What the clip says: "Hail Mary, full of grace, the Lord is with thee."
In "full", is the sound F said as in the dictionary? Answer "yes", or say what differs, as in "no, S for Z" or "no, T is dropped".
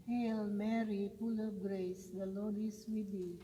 no, P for F